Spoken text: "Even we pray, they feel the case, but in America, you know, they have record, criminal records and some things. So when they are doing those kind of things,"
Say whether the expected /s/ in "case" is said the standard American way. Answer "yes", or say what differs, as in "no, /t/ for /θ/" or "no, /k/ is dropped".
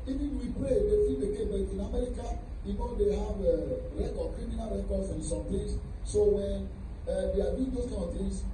no, /s/ is dropped